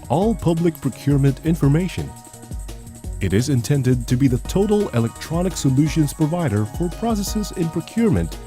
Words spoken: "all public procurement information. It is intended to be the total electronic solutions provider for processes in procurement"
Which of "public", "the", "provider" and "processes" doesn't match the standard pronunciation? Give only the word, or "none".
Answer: none